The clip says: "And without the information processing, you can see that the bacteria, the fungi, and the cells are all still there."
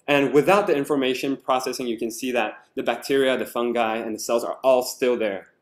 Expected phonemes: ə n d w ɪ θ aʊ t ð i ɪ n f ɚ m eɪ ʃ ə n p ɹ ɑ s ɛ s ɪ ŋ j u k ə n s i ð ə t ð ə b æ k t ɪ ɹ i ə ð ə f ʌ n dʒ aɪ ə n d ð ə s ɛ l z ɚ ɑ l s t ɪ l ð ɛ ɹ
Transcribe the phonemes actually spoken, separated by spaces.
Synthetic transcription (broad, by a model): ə n w ɪ θ aʊ t ð i ɪ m f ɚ m eɪ ʃ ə n p ɹ ɑ s ɛ s ɪ ŋ j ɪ k ə n s i ð ə t ð ə b æ k t ɪ ɹ i ə ð ə f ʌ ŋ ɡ aɪ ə n ð ə s ɛ l z ɚ ɑ l s t ɪ l ð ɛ ɹ